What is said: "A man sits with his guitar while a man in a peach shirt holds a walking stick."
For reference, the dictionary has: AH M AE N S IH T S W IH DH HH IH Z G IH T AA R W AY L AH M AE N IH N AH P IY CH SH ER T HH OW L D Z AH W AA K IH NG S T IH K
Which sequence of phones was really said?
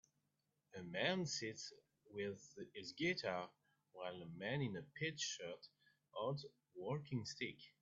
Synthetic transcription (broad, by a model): AH M AE N S IH T S W IH DH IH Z G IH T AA W AY L AH M AE N IH N AH P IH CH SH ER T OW D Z W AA K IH NG S T IH K